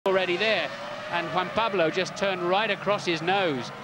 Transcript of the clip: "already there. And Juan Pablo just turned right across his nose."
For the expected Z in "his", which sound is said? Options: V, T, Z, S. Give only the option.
Z